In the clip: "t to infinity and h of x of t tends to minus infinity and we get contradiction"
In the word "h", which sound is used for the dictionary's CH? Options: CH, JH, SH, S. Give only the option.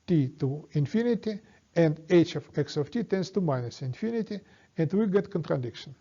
CH